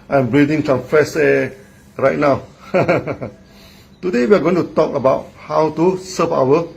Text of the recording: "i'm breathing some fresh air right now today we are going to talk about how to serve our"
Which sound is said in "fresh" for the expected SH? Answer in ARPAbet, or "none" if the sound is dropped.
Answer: S